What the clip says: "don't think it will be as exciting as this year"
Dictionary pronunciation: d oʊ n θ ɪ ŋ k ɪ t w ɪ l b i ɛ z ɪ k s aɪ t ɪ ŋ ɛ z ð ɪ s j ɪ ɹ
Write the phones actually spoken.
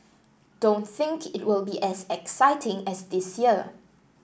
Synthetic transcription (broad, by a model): d oʊ n θ ɪ ŋ k ɪ t w ɪ l b i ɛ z ɪ k s aɪ t ɪ ŋ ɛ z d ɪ s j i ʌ